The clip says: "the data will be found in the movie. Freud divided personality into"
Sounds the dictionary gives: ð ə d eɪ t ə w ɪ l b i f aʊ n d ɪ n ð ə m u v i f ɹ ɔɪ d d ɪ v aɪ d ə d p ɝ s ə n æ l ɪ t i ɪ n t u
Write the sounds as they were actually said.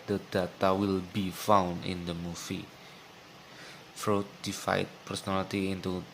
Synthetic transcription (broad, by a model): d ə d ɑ t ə w ɪ l b i f aʊ n d ɪ n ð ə m u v i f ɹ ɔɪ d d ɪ f aɪ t p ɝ s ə n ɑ l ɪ t i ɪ n t u